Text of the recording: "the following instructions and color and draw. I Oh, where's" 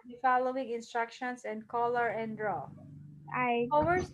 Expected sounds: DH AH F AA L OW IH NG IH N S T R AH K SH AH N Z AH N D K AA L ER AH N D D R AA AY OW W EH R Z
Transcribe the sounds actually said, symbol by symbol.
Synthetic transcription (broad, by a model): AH F AA L OW IH NG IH N S T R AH K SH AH N S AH N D K AA L ER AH N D D R AA AY OW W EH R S